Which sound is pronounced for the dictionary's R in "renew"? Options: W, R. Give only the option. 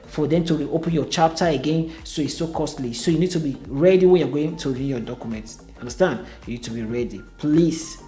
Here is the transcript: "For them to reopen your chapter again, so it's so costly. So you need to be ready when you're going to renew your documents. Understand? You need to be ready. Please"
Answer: W